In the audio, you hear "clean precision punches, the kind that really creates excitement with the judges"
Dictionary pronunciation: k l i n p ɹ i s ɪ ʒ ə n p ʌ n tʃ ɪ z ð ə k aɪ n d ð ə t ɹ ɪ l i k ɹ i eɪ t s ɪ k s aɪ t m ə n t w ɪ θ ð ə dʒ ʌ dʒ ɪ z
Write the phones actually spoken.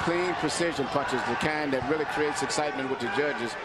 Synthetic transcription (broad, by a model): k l i n p ɹ i s ɪ ʒ ə n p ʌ tʃ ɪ z ð ə k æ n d ð ə t ɹ ɪ l i k ɹ i eɪ t s ɪ k s aɪ t m ə n t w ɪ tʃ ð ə dʒ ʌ dʒ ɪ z